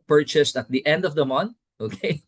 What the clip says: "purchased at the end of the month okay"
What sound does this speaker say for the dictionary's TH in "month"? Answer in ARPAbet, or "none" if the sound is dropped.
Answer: T